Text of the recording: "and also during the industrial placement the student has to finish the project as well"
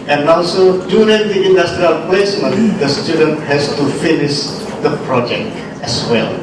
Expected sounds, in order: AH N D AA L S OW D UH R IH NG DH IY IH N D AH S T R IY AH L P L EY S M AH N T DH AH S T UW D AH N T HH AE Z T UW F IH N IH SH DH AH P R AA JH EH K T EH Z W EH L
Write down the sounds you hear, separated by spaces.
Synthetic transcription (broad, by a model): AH N AA L S OW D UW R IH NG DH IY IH N D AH S T R IY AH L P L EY S M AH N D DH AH S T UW D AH N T HH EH S T UW F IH N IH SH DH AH P R AA JH EH K T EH S W EH L